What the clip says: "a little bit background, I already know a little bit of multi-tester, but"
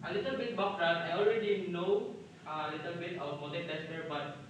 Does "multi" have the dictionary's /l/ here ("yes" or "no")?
no